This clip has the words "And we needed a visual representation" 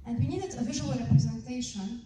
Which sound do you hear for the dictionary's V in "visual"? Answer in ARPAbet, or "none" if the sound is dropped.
V